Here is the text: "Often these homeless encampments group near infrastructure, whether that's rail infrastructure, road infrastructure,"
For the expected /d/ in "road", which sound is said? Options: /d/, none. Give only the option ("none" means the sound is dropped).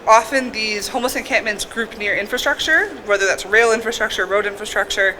/d/